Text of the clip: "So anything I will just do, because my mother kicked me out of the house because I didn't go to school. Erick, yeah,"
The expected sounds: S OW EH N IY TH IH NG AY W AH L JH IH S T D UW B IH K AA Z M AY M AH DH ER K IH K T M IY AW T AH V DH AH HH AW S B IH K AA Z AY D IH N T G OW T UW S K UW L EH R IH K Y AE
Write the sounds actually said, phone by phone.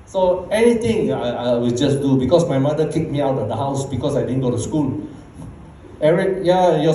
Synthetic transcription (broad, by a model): S OW EH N IY T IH NG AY W AH L JH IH S D UW B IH K AA S M AY M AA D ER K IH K M IY AW T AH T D AH HH AW S B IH K AA S AY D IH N G OW T UW S K UW L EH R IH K Y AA